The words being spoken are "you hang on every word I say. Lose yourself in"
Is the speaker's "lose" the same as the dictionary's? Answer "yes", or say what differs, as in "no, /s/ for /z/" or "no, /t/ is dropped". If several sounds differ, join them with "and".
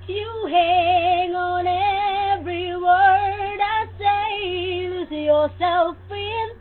no, /z/ is dropped